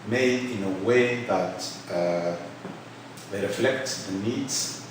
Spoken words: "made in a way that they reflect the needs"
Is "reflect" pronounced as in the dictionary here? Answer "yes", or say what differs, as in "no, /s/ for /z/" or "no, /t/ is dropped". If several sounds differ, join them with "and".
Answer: yes